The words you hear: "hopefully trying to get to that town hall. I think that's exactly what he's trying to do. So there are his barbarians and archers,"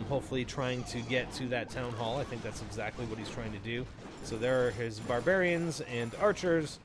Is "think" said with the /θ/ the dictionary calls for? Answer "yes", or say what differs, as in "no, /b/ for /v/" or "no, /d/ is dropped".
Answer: yes